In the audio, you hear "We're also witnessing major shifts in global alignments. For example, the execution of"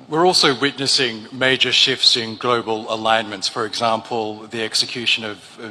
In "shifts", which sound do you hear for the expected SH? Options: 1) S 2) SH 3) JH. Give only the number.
2